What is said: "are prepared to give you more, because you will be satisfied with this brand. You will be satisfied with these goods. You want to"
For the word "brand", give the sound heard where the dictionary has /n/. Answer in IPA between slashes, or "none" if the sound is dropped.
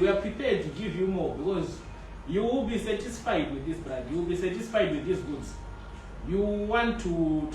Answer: none